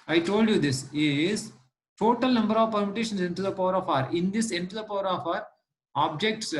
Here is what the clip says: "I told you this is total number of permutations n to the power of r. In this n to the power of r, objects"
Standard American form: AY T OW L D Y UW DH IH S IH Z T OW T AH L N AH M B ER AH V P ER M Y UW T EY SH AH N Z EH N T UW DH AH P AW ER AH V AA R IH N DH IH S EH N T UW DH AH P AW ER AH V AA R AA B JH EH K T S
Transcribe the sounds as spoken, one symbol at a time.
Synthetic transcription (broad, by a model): AY T OW L D Y UW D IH S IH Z T OW T AH L N AH M B ER AH V P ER M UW T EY SH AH N S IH N T UW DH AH P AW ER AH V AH R IH N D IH S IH N T UW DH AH P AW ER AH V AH R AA B JH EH K T S